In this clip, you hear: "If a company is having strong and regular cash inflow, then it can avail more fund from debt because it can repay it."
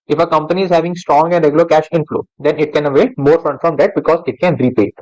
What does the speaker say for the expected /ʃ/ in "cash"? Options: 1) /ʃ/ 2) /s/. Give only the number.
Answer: 1